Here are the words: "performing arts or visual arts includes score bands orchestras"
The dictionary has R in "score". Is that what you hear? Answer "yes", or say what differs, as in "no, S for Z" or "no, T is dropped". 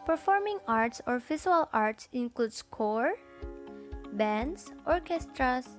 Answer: yes